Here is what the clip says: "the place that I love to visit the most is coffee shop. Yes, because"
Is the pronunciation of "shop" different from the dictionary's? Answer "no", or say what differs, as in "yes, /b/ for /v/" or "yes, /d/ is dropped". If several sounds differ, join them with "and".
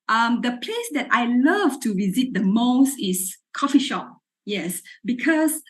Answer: no